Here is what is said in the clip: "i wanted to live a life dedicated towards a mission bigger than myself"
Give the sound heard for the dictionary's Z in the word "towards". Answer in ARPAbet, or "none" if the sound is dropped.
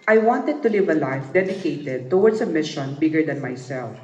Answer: S